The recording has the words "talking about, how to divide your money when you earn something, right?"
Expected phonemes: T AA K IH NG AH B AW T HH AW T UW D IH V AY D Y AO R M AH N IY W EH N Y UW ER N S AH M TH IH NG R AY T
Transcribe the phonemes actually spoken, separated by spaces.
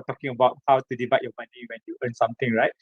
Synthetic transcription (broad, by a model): T AA K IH NG AH B AW T HH AW T UW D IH B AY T Y AO M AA N IY W EH N Y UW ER N S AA M T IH NG R AY T